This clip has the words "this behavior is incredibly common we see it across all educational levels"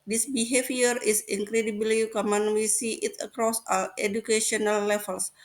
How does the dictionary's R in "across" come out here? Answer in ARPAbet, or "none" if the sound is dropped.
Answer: R